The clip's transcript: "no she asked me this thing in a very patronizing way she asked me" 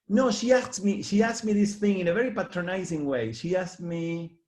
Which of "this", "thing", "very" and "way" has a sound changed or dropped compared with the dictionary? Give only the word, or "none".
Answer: none